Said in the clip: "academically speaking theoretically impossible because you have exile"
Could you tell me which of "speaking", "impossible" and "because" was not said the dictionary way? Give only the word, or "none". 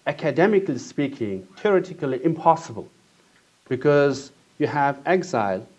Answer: none